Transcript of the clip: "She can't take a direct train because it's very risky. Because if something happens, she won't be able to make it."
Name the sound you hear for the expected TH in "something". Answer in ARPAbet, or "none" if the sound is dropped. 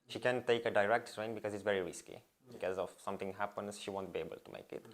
T